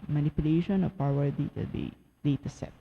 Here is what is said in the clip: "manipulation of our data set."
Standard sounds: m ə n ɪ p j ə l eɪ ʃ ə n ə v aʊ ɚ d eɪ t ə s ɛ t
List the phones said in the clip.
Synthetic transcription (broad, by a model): m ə n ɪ p j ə l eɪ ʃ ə n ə p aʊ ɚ d eɪ t ə s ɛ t